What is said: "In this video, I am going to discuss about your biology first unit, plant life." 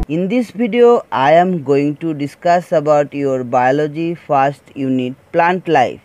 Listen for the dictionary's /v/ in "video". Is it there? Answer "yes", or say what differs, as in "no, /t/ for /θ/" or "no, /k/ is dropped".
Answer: no, /b/ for /v/